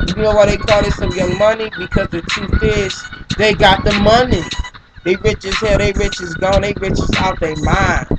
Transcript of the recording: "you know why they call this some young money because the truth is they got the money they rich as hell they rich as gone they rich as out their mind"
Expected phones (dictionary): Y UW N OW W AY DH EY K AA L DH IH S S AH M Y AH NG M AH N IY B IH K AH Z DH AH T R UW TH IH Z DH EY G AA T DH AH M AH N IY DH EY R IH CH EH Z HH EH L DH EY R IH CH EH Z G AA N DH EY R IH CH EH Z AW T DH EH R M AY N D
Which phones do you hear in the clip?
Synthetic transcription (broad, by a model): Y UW N OW W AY DH EY K AA L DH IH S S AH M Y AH M AH N IY B IH K AH Z DH AH T UW F IH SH DH EY G AA T DH AH M AH N IY DH EY R IH CH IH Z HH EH DH EY R IH CH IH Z G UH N DH EY R IH CH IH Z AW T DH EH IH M AY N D